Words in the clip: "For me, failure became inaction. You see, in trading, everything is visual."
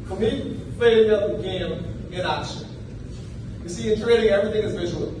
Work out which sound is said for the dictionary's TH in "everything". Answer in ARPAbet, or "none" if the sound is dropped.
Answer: TH